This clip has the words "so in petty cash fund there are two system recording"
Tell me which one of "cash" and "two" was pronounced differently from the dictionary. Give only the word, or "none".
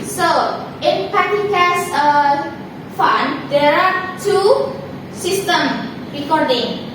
cash